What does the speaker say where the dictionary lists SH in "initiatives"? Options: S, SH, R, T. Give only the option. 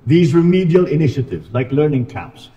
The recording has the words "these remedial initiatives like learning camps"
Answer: SH